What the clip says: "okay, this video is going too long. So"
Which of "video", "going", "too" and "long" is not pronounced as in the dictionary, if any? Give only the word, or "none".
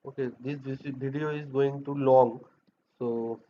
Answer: video